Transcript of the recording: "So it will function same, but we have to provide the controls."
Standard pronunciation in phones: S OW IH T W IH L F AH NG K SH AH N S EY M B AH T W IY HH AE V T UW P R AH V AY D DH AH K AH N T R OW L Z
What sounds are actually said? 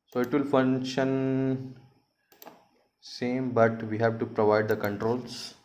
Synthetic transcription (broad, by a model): S OW IH T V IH L F AH NG K SH AH N S EY M B AH T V IY HH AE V T UW P R AH V AY D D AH K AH N T R OW L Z